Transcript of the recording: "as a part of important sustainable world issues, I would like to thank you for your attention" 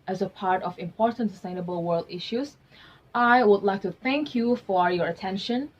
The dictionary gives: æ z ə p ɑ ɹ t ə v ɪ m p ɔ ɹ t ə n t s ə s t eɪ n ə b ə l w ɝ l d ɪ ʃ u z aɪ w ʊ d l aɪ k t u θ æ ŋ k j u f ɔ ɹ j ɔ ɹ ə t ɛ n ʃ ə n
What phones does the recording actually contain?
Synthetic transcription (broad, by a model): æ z ə p ɑ ɹ t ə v ɪ m p ɔ ɹ t ə n t s ə s t eɪ n ə b ə l w ɝ l d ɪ ʃ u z aɪ w ʊ d l aɪ k t u θ æ ŋ k j u f ɔ ɹ j ɔ ɹ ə t ɛ n ʃ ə n